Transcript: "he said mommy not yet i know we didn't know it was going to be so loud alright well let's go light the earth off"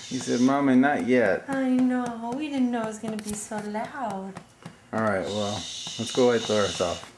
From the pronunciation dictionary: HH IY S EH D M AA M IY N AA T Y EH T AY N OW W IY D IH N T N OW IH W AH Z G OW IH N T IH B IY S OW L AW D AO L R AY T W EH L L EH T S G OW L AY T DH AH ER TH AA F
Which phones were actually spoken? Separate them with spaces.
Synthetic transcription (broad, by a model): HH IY S EH D M AA M IY N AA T Y EH T AY N OW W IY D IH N N OW IH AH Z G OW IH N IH B IY S OW L AW D AO L R AY T W EH L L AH T S G OW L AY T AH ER S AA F